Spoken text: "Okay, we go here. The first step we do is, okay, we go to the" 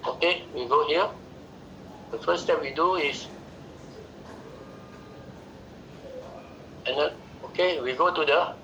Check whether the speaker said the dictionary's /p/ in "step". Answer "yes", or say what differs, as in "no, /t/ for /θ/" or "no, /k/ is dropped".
yes